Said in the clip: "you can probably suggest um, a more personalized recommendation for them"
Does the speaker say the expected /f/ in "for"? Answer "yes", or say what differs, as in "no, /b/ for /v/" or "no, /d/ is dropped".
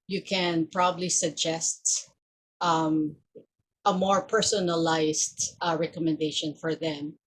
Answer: yes